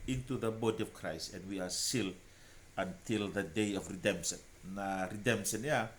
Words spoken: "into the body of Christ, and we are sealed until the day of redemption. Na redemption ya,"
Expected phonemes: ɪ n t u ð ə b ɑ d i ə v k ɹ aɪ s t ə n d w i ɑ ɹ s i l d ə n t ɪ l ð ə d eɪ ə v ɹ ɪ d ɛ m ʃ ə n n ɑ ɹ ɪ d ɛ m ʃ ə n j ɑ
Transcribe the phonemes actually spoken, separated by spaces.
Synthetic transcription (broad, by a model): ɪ n t u ð ə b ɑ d i ə v k ɹ aɪ s t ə n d w i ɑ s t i l ə n t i l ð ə d eɪ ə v ɹ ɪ d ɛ m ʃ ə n n ɑ ɹ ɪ d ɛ m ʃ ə n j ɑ